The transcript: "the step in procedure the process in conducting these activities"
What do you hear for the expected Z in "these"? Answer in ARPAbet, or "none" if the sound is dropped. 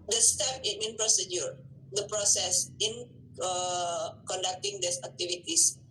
S